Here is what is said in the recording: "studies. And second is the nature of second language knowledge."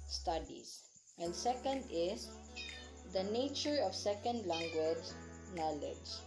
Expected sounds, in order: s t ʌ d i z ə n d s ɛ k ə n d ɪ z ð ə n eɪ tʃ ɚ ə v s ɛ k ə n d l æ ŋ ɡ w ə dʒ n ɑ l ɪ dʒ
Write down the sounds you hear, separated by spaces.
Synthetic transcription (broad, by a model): s t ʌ d i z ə n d s ɛ k ə n d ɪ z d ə n eɪ tʃ ɚ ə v s ɛ k ə n d l æ ŋ ɡ w ə dʒ n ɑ l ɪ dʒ